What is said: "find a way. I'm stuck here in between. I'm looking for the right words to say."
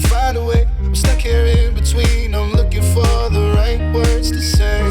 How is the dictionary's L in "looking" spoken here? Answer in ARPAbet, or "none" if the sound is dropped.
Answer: L